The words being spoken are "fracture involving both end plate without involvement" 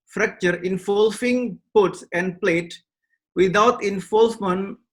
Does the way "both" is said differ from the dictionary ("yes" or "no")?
yes